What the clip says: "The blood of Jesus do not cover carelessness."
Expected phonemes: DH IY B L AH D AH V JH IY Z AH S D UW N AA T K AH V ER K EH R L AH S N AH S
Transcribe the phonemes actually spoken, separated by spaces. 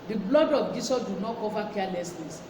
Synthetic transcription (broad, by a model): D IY B L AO D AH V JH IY S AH D UW N AA T K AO V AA K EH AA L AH S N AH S